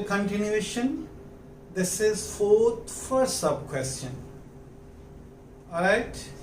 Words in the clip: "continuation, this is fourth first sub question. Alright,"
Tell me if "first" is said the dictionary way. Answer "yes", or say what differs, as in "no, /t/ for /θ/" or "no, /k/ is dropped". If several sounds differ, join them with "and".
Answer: no, /s/ is dropped